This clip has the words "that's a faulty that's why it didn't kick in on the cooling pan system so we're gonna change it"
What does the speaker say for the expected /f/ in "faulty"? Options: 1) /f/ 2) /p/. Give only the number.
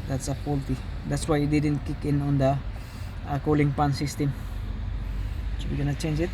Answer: 2